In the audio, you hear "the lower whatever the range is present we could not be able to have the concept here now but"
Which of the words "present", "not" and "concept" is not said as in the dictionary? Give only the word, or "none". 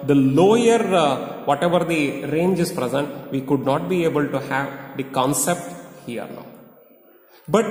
none